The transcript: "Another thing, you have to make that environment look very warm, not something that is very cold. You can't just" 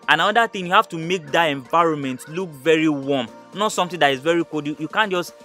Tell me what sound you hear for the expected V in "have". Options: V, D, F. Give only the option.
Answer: F